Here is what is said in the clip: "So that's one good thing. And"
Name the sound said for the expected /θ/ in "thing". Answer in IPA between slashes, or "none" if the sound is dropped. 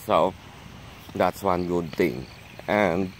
/t/